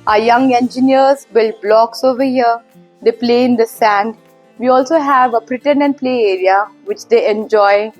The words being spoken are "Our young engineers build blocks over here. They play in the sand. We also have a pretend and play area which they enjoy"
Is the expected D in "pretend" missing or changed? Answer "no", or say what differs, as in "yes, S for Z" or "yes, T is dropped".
yes, D is dropped